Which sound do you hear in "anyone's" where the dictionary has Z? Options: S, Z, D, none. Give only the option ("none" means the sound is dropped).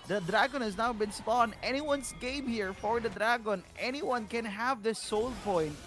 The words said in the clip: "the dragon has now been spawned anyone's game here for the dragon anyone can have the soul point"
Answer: S